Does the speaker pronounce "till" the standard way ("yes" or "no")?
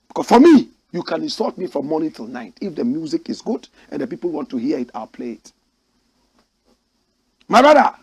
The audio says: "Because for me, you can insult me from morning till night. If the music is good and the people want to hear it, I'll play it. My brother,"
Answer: yes